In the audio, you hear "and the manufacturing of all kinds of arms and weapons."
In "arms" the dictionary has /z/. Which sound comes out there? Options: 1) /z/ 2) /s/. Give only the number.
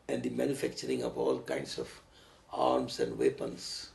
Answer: 2